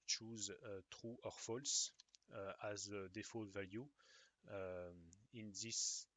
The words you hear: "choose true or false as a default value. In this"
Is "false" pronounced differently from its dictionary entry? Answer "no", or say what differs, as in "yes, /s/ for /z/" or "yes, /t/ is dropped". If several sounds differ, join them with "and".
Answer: no